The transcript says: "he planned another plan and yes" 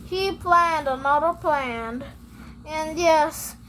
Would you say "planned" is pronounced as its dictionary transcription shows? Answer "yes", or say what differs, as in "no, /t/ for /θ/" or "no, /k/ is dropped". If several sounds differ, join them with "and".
yes